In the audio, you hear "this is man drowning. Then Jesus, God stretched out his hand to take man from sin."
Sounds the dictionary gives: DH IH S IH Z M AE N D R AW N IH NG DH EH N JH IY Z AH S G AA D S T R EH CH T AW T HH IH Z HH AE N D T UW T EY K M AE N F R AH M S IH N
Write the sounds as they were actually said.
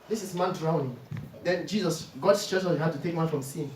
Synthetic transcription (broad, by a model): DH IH S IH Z M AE N D R AW N IH NG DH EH N JH IY Z AH S G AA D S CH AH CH AW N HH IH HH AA D T UW T EY K M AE N F R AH M S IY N